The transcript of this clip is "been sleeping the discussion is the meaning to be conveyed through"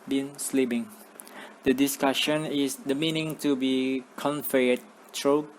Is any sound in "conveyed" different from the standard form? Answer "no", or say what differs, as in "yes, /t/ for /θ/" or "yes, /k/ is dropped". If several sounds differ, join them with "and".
yes, /f/ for /v/